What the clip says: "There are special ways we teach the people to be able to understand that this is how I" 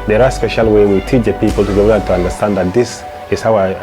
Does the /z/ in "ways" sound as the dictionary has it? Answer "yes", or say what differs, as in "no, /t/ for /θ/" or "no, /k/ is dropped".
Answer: no, /z/ is dropped